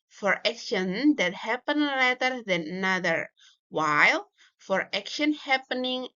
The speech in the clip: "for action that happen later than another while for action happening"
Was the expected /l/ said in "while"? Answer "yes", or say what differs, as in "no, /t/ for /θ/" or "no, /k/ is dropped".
yes